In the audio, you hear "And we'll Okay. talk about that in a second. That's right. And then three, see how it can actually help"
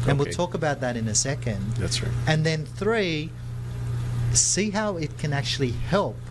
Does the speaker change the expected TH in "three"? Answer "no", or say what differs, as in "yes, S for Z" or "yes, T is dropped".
no